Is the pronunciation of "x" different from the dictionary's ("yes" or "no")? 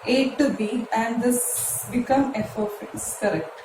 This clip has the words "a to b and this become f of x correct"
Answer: yes